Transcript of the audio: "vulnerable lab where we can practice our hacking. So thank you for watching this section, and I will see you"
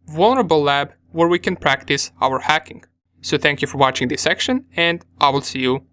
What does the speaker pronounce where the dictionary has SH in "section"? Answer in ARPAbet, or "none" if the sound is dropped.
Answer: SH